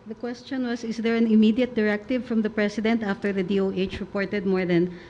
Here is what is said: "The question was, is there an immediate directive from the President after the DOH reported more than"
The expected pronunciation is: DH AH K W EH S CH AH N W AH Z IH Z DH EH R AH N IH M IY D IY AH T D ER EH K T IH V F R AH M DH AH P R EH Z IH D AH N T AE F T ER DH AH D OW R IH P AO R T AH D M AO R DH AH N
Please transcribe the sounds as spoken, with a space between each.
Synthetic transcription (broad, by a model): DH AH K W EH S CH AH N W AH S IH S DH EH R AH N IH M IY D IY AH T D ER EH K T IH V F R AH M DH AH P R EH S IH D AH N T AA F T ER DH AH D OW R IH P AO R T AH D M AO R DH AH N